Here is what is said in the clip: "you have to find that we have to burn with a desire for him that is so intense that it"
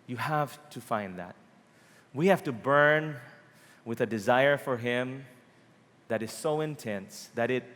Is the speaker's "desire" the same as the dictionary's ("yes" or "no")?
yes